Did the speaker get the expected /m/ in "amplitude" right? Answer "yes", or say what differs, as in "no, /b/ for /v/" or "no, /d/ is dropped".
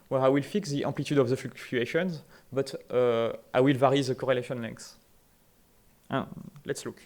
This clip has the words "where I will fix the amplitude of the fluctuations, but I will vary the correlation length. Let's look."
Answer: no, /m/ is dropped